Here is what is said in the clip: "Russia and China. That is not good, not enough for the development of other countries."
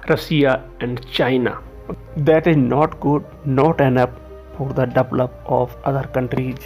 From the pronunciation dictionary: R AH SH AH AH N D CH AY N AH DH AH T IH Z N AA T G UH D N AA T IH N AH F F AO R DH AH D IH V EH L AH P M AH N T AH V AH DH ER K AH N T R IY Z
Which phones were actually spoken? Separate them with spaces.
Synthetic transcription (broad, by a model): R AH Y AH AH N D CH AY N AH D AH T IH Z N AA T G UH D N AA T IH N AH P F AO R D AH D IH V L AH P AH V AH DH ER K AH N T R IY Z